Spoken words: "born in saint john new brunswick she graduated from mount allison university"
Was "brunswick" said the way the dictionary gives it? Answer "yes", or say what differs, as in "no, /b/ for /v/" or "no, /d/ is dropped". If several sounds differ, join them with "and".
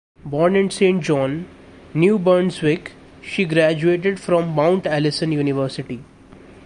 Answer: no, /ɹ/ is dropped